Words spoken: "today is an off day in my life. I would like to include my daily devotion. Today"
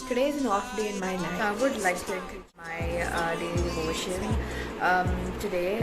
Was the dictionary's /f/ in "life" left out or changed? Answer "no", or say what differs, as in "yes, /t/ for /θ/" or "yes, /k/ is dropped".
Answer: yes, /f/ is dropped